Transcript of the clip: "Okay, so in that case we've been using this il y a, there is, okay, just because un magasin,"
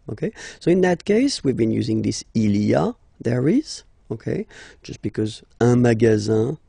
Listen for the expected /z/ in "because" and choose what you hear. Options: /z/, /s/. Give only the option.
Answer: /z/